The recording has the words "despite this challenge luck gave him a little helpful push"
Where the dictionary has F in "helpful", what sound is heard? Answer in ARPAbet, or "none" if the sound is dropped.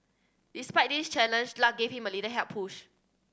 none